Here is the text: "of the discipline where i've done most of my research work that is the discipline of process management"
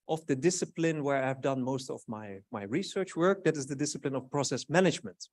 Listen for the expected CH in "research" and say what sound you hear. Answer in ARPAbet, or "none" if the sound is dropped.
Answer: CH